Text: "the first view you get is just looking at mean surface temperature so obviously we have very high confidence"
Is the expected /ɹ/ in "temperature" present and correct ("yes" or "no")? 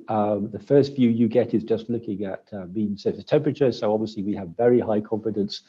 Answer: yes